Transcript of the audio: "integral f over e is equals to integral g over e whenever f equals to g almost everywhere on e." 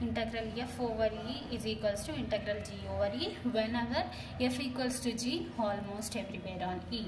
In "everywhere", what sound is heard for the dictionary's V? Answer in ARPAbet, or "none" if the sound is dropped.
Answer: P